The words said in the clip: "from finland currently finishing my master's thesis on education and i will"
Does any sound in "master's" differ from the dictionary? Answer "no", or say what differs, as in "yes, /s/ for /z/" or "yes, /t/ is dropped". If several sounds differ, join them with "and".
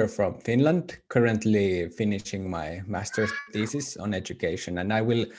yes, /z/ is dropped